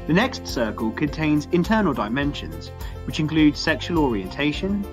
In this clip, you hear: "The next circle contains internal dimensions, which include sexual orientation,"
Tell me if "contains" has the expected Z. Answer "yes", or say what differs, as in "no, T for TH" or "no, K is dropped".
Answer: yes